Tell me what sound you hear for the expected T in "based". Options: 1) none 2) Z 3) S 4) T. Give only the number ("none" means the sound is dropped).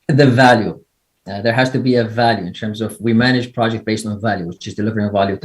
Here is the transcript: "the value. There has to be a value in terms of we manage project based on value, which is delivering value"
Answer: 4